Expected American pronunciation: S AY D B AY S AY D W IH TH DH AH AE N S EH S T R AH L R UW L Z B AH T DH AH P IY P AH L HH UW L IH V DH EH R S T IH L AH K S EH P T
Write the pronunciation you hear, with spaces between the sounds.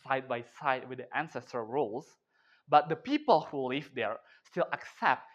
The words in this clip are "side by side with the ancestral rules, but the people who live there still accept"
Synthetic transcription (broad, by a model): S AY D B AY S AY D W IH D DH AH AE N S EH S T AH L R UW L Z B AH T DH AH P IY P AH L HH UW L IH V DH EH R S T IH L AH K S EH P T